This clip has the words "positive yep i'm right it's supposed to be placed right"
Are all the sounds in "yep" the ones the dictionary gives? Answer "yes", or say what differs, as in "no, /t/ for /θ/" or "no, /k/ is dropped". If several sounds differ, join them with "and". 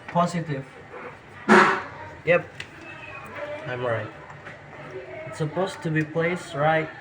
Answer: yes